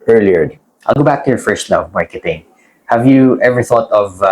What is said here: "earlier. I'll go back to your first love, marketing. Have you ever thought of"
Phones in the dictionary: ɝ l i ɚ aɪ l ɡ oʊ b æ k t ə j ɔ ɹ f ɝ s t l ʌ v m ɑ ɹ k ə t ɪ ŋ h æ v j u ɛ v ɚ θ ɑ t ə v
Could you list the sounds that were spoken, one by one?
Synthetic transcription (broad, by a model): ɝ l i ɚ aɪ l ɡ oʊ b æ k t ə j ɔ ɹ f ɝ s t n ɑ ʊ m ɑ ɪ k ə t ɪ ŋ h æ v j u ɛ v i θ ɑ t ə v